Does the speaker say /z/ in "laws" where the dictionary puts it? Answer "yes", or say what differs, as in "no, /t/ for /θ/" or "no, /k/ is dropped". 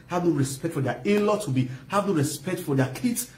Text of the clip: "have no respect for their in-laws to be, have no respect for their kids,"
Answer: no, /z/ is dropped